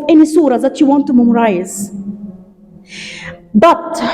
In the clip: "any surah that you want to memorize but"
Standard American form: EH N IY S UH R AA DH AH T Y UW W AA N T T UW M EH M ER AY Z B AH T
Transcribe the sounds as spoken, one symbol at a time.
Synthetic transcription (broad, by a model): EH N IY S UH R AA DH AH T Y UW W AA N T T UW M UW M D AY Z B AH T